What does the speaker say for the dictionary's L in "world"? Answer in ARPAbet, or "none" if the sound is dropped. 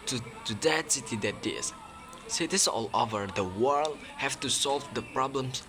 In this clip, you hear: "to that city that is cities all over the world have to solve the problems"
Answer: L